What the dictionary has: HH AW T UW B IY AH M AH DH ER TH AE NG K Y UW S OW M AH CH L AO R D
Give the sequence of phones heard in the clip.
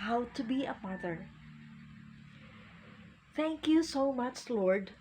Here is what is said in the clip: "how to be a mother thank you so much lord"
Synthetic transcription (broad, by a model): HH AW T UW B IY AH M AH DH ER TH AE NG K Y UW S OW M AH CH L AO R D